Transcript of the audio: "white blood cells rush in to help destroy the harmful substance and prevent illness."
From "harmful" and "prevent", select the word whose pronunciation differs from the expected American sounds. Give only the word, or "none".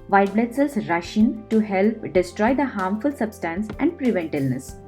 none